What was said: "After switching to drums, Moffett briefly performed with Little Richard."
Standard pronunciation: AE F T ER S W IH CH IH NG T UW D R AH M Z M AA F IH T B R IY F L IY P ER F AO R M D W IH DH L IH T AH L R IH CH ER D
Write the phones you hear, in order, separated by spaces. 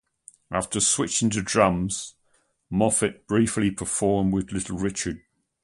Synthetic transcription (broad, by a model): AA F T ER S W IH CH IH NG T UW D R AH M Z M AA F IH T B R IY F L IY P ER F AO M W IH DH L IH T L R IH CH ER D